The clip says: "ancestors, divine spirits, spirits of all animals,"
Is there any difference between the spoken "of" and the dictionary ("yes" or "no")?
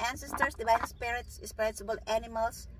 yes